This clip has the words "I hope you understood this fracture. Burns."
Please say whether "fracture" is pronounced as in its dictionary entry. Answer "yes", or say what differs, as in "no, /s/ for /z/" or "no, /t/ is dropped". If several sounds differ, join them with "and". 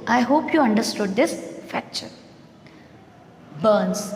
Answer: no, /ɹ/ is dropped